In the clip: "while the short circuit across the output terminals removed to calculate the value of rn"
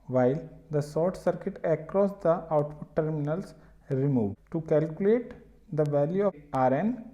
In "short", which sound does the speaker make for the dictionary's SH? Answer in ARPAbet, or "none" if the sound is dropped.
S